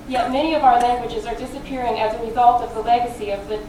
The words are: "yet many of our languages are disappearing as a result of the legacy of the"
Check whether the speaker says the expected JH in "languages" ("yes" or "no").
yes